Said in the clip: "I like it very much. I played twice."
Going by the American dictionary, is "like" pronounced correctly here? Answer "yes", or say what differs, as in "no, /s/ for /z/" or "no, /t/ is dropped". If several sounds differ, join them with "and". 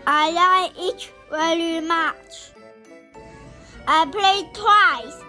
no, /k/ is dropped